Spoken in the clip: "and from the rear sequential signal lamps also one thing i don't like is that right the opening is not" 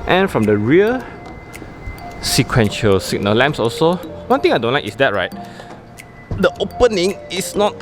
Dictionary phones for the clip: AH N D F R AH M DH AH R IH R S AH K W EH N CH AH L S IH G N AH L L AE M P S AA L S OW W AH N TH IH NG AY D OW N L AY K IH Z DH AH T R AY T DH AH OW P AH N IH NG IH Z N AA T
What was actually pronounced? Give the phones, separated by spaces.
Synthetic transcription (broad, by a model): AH N F R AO M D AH R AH L S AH K W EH N SH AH L S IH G N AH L L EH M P S AA L S OW W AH N T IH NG AY D OW N L AY K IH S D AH T R AY T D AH OW P AH N IH NG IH S N AA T